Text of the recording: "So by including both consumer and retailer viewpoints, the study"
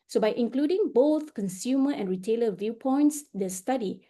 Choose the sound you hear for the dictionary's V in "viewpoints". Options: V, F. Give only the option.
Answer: V